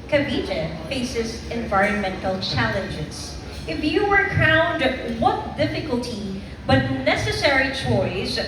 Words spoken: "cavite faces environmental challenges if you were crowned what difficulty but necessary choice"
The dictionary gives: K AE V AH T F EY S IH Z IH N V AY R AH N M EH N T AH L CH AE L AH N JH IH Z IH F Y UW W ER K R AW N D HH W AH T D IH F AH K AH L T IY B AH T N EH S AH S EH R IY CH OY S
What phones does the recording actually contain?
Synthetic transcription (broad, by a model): K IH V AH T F EY S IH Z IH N V AY R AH N M EH N T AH L CH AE L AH N JH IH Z IH F Y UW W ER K AW N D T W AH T D IH F AH K AH L T IY B AH T N EH S AH S EH R IY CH OY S